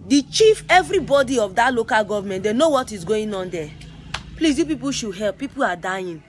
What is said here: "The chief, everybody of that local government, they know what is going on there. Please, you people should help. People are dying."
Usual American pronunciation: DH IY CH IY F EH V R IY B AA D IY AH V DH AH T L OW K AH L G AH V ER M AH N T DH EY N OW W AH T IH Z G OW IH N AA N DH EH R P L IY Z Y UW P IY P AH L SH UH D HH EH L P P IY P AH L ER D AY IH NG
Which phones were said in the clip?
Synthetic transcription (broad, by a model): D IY CH IY F EH V R IY B AA D IY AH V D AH T L OW K AH L G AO V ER M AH N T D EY N OW W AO T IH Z G OW IH N AA N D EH P L IY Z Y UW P IY P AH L SH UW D HH EH L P P IY P AH L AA D AY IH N